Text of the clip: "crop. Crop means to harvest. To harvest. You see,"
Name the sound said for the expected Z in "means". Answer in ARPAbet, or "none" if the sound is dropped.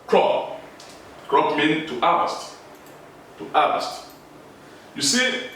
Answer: none